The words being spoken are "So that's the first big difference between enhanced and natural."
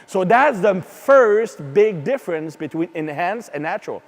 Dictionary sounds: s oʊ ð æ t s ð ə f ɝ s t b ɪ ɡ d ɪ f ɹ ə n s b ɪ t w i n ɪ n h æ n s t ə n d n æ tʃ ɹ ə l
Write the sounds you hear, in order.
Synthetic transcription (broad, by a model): s oʊ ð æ t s ð ə f ɝ s t b ɪ ɡ d ɪ f ɹ ə n s b ɪ t w i n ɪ n h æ n s ə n n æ tʃ ɹ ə l